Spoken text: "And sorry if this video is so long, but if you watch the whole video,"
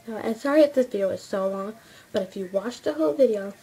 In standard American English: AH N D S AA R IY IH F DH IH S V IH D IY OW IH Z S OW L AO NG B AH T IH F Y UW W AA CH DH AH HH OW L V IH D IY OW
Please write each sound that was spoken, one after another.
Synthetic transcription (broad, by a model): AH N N S AA R IY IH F DH IH S V IH D IY OW IH Z S OW L AO NG B AH T IH F Y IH W AA CH DH AH HH OW L V IH D IY OW